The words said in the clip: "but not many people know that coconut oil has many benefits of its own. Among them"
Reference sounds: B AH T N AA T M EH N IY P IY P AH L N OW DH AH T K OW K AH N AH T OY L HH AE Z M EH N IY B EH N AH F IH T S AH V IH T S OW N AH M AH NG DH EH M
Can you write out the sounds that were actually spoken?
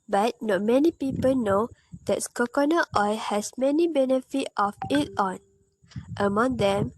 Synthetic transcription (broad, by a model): B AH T N AA T M EH N IY P IY P AH L N OW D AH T K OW K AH N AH T OY HH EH S M EH N IY B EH N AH F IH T AH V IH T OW N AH M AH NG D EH M